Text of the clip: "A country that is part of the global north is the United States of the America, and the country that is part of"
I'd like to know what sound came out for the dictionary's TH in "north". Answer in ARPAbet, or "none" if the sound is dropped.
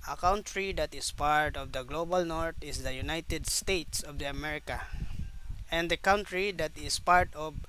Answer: T